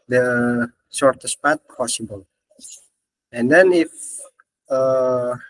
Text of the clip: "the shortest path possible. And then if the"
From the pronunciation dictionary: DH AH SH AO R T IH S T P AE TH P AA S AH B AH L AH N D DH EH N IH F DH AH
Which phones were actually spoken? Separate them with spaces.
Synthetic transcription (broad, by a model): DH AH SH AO R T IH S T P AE T P AA S AH B AH L AH N D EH N IH F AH